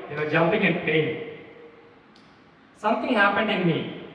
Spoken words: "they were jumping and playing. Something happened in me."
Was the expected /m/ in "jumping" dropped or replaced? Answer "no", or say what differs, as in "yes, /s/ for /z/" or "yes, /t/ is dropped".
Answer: yes, /m/ is dropped